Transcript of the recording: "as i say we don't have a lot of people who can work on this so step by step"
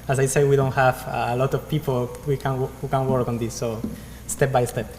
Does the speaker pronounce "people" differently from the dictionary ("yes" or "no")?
yes